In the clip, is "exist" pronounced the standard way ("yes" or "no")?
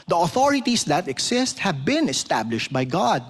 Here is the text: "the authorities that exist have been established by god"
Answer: no